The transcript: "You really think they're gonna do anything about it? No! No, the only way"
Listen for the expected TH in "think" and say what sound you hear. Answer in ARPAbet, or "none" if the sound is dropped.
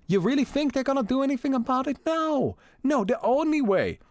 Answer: TH